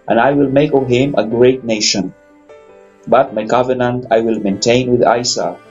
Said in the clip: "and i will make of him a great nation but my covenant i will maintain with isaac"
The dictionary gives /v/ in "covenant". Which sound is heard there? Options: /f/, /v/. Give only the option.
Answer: /v/